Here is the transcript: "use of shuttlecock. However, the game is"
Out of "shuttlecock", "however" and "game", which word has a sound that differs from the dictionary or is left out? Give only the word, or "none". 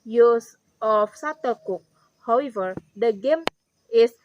shuttlecock